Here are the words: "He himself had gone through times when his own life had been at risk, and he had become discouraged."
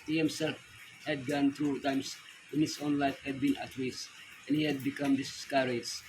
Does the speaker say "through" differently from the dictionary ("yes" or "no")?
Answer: yes